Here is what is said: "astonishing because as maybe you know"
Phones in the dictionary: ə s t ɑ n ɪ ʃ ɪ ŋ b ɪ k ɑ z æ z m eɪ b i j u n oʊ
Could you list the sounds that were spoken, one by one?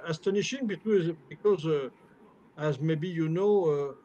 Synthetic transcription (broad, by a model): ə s t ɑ n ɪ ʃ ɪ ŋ b ɪ k ɑ z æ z m eɪ b i j u n oʊ